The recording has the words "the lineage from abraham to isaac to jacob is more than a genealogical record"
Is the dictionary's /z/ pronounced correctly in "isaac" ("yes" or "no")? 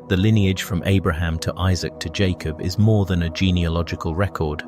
yes